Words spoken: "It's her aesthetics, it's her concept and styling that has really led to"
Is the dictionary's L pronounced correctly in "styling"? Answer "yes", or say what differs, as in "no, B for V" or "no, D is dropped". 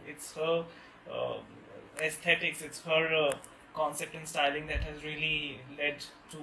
yes